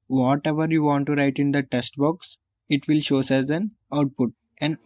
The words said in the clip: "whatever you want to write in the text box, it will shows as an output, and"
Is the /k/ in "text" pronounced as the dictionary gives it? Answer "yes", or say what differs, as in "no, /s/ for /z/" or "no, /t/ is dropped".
no, /k/ is dropped